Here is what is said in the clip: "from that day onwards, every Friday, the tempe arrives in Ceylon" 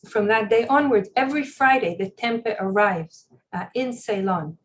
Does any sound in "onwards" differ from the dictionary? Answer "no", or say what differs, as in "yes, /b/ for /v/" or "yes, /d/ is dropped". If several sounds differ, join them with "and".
yes, /z/ is dropped